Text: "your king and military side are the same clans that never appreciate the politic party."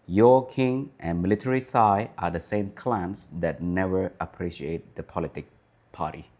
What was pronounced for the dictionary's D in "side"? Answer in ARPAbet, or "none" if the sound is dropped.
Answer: none